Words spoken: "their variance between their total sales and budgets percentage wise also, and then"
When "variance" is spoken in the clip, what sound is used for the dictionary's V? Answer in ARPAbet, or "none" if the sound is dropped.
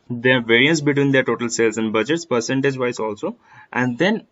V